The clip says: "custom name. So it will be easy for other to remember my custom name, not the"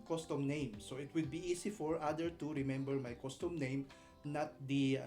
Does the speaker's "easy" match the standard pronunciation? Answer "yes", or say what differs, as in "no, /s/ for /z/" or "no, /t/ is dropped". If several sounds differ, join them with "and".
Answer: no, /s/ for /z/